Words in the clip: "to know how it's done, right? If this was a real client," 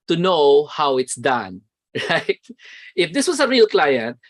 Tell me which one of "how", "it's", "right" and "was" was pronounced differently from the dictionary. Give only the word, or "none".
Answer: was